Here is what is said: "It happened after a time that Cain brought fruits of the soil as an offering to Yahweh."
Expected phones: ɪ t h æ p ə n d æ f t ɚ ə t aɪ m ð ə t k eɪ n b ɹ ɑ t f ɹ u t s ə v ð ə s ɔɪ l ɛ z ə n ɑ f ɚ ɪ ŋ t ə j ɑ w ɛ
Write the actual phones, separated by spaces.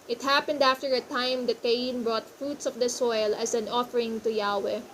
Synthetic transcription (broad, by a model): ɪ t h æ p ə n d æ f t ɚ ə t aɪ m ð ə t k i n b ɹ ɑ t f ɹ u t s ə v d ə s ɔɪ l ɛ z ə n ɑ f ɚ ɪ ŋ t ə j ɑ w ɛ